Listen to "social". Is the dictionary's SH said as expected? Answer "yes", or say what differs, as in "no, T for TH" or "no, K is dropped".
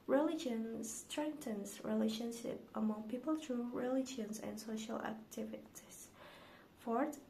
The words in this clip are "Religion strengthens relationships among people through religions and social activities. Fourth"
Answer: yes